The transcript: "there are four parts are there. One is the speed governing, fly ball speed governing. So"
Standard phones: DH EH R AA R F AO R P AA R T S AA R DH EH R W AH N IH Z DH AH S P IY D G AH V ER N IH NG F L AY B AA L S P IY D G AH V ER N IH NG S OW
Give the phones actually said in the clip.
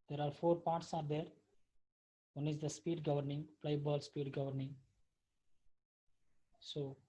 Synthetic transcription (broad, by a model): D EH R AA R F AO R P AA R T S AA R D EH R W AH N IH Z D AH S P IY D G AH V ER N IH NG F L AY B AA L S P IY D G AH V ER N IH NG S OW